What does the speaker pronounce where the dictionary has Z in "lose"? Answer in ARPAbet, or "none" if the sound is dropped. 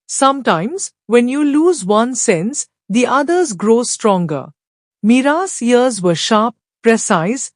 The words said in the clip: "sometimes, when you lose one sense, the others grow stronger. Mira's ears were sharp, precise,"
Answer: Z